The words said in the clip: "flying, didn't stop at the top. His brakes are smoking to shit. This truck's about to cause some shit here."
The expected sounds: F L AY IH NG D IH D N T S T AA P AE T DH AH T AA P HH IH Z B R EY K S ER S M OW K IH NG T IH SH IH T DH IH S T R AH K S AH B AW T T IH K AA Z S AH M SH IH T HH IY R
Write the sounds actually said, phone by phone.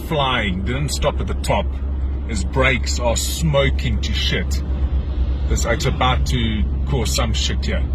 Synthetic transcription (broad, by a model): F L AY IH NG D IH D N T S T AA P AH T DH AH T AA P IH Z B R EY K S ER S M OW K IH NG T IH SH IH T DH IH T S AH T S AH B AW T T IH K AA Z S AH M SH IH T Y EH